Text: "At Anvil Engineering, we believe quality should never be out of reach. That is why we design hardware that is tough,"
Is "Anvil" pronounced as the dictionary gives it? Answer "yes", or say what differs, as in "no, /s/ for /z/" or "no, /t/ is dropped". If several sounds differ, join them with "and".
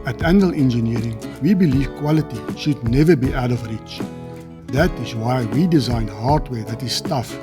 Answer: no, /v/ is dropped